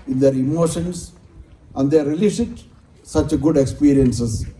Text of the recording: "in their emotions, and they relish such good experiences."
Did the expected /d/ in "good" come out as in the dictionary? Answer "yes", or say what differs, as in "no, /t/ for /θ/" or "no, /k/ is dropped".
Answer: yes